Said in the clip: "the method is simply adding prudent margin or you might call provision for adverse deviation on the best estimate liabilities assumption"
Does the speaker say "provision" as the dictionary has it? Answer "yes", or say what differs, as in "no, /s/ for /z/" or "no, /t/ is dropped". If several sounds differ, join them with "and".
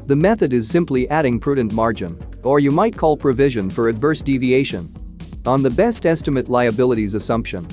yes